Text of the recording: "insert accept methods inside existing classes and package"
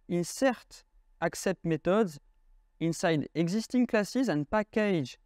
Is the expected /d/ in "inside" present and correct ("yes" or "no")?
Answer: yes